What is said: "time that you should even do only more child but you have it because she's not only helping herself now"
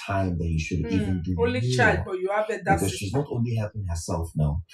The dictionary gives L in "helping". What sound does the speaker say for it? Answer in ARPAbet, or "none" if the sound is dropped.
none